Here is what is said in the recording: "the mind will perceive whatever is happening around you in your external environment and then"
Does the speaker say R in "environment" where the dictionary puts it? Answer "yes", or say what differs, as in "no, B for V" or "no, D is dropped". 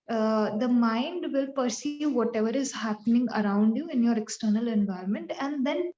yes